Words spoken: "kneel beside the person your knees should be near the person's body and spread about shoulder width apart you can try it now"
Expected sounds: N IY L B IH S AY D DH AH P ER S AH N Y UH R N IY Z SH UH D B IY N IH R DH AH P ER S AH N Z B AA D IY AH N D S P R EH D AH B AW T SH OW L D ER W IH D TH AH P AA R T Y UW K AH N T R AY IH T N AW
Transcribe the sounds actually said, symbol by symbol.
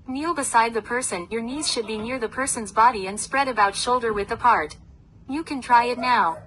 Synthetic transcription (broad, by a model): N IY L B IH S AY D DH AH P ER S AH N Y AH R N IY Z SH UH D B IY N IH R DH AH P ER S AH N Z B AA D IY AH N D S P R EH D AH B AW T SH OW L D ER W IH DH AH P AA R T Y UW K AH N T R AY IH T N AW